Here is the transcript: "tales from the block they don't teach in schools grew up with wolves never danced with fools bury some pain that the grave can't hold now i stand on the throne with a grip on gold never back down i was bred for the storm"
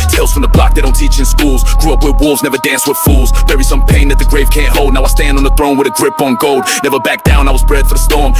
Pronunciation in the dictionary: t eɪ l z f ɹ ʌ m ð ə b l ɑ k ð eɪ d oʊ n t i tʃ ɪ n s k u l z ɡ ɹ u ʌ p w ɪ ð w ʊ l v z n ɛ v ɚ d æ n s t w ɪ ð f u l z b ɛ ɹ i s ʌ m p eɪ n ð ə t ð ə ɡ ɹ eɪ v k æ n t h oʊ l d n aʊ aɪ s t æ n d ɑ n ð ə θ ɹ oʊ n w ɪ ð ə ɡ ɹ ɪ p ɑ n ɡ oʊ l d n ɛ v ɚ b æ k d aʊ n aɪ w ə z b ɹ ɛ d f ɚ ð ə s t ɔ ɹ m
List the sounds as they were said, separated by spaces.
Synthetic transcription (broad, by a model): t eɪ l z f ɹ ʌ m ð ə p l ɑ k ð eɪ d oʊ n t i tʃ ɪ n s k u l z ɡ ɹ u ʌ p w ɪ ð w ʊ l v z n ɛ v ɚ d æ n s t w ɪ ð f u l z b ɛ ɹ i s ʌ m p eɪ n ð ə t ð ə ɡ ɹ eɪ v k æ n t h oʊ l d n aʊ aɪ s t æ n d n ð ə θ ɹ oʊ n w ɪ ð ə ɡ ɹ ɪ p n ɡ oʊ l d n ɛ v ɚ b æ k d aʊ n aɪ w ə z b ɹ ɛ d f ɚ ð ə s t ɔ ɹ m